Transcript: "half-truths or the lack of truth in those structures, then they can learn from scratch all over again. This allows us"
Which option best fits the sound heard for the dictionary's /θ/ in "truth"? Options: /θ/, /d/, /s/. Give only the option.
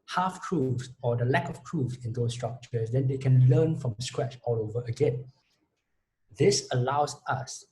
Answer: /s/